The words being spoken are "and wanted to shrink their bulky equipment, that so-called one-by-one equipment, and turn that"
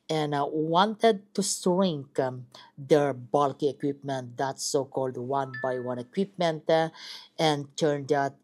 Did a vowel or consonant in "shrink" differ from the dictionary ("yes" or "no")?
yes